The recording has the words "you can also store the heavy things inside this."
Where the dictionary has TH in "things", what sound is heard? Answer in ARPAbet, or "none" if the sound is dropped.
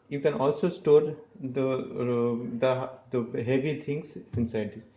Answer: T